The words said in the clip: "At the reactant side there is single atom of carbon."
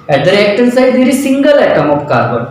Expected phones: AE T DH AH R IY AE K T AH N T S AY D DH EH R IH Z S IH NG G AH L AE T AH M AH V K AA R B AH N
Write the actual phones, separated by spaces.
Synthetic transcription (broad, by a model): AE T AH R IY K T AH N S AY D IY R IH S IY NG G AH L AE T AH M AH P K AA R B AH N